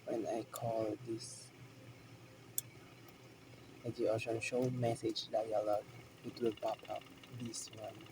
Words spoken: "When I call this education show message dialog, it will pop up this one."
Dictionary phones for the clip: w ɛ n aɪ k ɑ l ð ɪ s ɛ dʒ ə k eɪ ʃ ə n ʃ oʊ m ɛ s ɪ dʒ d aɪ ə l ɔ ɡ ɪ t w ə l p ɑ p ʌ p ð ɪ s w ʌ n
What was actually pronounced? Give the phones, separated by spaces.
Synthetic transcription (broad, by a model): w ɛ n aɪ k ɑ l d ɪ s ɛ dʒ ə ɔ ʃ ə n ʃ oʊ m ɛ s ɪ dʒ d aɪ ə l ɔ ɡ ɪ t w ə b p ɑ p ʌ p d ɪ s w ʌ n